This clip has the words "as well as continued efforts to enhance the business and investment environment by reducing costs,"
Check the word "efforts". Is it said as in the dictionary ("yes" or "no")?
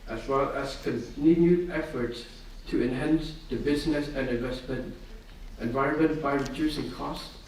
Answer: yes